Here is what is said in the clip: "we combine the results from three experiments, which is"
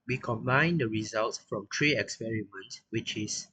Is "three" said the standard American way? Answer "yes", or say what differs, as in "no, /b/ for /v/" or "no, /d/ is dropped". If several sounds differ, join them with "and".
no, /t/ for /θ/